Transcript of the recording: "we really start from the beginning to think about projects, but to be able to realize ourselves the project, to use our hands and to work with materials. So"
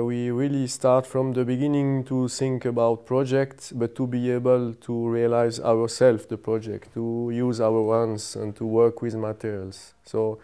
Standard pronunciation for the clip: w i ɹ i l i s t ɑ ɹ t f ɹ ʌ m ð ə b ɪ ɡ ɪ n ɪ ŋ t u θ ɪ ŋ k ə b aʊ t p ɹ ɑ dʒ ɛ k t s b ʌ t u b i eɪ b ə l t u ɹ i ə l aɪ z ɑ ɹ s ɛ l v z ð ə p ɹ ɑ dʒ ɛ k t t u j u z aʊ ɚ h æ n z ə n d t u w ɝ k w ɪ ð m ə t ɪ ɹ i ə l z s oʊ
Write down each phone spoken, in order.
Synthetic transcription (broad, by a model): w i ɹ i l i s t ɑ ɹ t f ɹ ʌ m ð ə b ɪ ɡ ɪ n ɪ ŋ t u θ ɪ ŋ k ə b aʊ t p ɹ ɑ dʒ ɛ k t s b ʌ t u b i eɪ b ə l t u ɹ i ə l aɪ z ɑ ɹ s ɛ l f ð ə p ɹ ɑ dʒ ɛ k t t u j u z aʊ ɚ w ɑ n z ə n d t u w ɝ k w ɪ ð m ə t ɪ ɹ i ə l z s oʊ